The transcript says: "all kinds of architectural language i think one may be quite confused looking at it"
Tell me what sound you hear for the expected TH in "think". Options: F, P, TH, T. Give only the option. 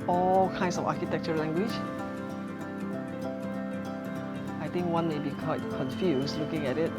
T